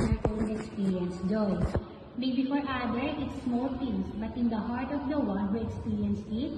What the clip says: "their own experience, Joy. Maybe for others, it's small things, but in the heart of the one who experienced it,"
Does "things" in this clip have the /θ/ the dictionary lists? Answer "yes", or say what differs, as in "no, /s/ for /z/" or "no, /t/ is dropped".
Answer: no, /f/ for /θ/